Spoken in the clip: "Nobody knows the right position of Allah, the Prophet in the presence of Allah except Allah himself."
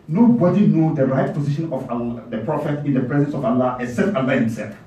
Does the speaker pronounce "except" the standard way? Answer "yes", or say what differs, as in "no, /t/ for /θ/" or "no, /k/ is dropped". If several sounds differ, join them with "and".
no, /k/ is dropped